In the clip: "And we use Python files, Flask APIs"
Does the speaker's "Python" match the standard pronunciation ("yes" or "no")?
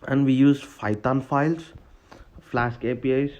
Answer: no